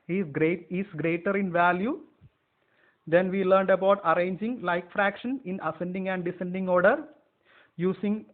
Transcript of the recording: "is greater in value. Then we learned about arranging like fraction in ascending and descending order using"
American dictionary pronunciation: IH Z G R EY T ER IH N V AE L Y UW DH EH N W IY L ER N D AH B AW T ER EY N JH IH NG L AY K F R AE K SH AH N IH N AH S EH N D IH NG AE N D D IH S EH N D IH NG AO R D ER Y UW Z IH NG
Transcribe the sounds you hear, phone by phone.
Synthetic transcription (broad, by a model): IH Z G R EY T ER IH N V AE L Y UW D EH N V IY L ER N D AH B AW T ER EY N JH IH NG L AY K F R AE K SH AH N IH N AH S EH N D IH NG AE N D D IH S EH N D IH NG AO R D ER Y UW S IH NG